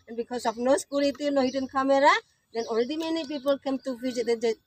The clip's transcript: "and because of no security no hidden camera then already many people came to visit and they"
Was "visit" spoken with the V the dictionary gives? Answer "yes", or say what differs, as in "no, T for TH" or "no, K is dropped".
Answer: no, F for V